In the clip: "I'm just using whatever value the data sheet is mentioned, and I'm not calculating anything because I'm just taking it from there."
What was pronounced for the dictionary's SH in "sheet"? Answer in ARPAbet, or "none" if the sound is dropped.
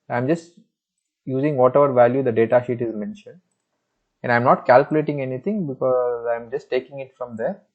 SH